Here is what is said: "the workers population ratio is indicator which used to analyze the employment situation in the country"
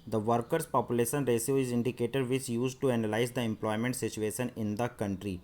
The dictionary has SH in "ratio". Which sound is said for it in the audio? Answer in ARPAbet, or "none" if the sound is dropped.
S